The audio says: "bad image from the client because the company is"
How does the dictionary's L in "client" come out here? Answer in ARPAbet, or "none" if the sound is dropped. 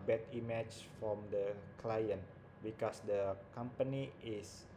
L